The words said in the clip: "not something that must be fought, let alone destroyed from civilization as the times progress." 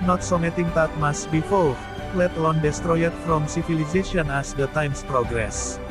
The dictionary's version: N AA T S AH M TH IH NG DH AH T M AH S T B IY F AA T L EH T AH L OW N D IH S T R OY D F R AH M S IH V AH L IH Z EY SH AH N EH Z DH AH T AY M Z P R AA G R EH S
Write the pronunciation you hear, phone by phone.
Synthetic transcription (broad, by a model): N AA T S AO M T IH NG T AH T M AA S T B IY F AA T L EH T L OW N D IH S T R OY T F R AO M S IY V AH L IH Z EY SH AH N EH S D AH T AY M S P R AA G R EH S